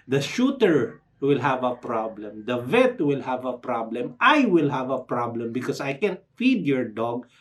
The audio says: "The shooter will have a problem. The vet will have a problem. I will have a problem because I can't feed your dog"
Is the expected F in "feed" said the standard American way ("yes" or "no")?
yes